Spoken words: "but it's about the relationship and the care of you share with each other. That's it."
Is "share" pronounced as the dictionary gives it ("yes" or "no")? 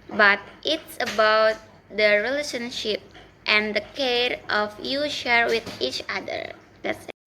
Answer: yes